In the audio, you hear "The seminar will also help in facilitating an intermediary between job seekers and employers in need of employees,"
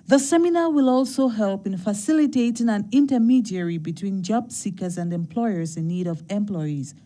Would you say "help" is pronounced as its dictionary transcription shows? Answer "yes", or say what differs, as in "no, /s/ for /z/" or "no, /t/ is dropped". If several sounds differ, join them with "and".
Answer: yes